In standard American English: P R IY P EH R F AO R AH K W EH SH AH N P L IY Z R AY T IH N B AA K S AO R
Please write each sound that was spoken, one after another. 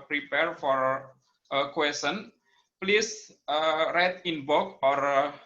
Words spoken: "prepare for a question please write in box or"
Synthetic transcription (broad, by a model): P R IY P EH R F AO R AH K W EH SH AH N P L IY S R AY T IH N B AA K AO R